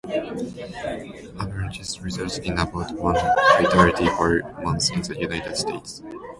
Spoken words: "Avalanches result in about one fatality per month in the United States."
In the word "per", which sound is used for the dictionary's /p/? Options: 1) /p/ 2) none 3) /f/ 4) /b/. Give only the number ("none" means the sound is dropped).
3